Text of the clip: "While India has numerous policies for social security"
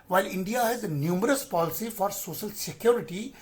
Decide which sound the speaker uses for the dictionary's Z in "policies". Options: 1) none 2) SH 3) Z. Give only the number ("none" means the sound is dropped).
1